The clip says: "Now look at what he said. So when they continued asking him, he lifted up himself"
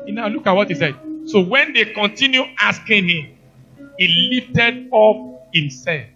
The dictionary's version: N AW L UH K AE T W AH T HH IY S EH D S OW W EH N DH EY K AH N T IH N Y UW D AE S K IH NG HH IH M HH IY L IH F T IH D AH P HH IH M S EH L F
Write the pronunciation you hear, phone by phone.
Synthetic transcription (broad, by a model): N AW L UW K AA T W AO T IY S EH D S OW W EH N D EY K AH N T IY N Y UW AA S K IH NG HH IH M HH IY L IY F T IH D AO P HH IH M S EH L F